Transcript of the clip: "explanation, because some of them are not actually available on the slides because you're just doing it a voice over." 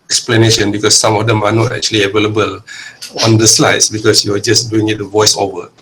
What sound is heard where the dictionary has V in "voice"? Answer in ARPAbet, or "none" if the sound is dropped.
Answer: V